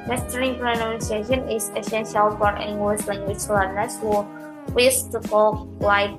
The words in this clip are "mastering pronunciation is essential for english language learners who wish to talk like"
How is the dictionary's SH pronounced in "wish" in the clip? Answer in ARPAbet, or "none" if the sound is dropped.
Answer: S